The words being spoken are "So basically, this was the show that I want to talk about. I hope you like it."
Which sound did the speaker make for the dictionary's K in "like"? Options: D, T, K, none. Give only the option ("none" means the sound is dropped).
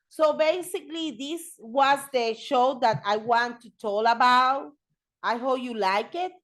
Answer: K